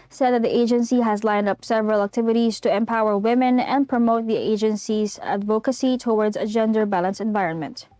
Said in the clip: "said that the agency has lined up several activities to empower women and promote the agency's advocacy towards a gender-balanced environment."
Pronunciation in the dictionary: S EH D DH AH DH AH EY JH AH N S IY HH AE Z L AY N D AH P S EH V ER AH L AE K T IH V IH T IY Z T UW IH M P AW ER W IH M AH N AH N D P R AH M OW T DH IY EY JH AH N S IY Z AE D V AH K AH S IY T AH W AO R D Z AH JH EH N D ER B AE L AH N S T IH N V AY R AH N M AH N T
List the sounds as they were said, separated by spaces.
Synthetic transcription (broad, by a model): S EH D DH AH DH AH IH JH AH N S IY HH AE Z L AY N D AH P S EH V ER AH L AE K T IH V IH T IY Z T UW IH M P AW ER W IH M AH N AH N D P R AH M OW T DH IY EY JH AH N S IY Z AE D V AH K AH S IY T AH W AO R D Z AH JH EH N D ER B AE L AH N S IH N V AY R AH N M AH N T